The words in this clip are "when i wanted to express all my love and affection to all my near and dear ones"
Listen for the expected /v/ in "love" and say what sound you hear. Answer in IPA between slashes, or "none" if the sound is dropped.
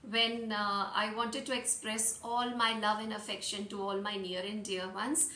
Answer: /v/